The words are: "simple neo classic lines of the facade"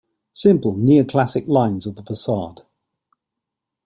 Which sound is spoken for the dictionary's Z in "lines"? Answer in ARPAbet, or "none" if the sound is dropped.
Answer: Z